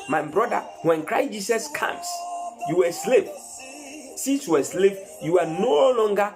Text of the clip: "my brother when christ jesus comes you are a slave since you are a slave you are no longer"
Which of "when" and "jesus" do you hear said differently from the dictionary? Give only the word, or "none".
jesus